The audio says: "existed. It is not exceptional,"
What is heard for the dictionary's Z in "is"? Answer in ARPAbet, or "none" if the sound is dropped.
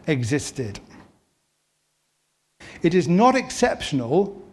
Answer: Z